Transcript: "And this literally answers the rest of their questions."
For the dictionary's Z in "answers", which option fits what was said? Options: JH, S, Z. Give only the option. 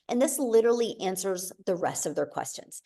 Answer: Z